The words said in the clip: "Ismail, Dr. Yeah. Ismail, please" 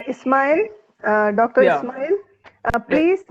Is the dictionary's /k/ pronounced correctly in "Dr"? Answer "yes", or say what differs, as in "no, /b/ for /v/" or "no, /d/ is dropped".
yes